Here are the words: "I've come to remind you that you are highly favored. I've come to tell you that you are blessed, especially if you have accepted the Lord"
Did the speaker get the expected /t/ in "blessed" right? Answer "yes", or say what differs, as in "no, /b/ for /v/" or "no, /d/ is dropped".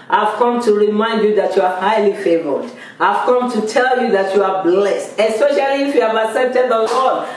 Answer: yes